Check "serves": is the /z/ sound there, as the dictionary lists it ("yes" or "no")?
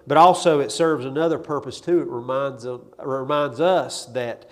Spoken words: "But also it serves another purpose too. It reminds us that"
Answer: yes